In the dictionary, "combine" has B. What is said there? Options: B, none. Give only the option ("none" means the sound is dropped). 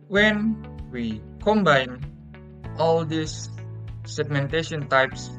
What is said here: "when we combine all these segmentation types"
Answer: B